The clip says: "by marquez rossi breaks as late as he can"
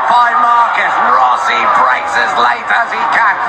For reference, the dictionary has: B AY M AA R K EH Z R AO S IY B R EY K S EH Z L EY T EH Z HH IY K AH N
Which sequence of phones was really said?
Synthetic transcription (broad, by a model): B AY M AA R K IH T R AO S IY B R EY S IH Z L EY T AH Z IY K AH